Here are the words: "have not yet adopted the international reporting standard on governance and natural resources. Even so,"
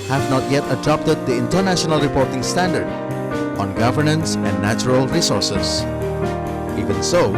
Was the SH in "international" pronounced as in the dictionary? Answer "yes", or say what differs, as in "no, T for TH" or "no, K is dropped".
yes